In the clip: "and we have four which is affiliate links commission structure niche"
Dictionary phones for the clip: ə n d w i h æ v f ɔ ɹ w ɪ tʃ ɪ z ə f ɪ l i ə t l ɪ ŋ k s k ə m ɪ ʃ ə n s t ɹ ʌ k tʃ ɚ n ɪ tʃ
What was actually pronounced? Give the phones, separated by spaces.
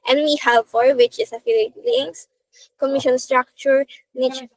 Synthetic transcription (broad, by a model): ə n w i h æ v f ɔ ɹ w ɪ tʃ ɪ s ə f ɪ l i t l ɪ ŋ s k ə m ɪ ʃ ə n s t ɹ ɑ k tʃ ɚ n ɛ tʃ